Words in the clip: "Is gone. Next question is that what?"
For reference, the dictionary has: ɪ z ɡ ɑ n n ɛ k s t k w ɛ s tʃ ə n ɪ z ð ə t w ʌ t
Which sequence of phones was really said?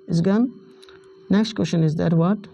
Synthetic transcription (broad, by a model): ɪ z ɡ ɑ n n ɛ k s t k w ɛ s ʃ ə n ɪ z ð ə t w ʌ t